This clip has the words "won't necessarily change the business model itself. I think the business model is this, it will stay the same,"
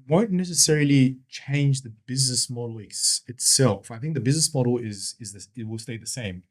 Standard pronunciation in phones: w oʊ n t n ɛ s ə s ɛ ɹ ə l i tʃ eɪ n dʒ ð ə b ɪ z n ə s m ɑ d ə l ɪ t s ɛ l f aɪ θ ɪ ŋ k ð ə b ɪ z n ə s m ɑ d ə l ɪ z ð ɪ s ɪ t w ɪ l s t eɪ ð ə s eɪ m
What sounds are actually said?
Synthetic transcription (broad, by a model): w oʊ n n ɛ s ə s ɛ ɹ ə l i tʃ eɪ n dʒ ð ə b ɪ z n ə s m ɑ d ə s ɪ t s ɛ l f aɪ θ ɪ ŋ k ð ə b ɪ z n ə s m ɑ d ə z ɪ z ð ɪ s ɪ t w ɪ l s t eɪ ð ə s eɪ m